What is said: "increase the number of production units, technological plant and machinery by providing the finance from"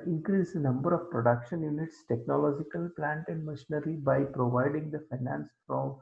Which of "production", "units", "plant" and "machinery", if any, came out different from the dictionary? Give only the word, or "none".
none